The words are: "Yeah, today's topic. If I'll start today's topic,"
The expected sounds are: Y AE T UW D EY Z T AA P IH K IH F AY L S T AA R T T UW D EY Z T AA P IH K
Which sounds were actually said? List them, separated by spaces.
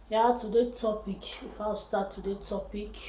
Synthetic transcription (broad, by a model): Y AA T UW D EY T AA P IH K IH F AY W S T AA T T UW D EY T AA P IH K